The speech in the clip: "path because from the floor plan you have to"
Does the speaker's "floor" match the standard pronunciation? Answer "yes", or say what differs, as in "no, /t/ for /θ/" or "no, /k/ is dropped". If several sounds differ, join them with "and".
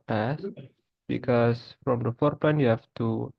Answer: no, /l/ is dropped